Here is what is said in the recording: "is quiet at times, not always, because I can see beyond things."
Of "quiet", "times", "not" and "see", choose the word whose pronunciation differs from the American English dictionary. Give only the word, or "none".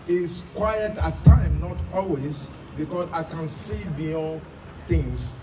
times